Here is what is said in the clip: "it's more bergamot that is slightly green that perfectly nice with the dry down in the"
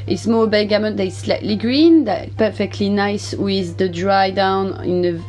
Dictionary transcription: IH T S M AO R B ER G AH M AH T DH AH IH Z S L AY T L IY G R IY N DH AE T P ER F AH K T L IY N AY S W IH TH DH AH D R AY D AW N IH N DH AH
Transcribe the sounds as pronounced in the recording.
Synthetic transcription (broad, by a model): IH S M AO L B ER G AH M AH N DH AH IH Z S L AY T L IY G R IY N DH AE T P ER F AH K T L IY N AY S W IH DH AH D R AY D AW N IH N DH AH